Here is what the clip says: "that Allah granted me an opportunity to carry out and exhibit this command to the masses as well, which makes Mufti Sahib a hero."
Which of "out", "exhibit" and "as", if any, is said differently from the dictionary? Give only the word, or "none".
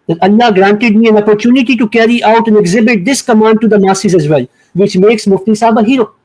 none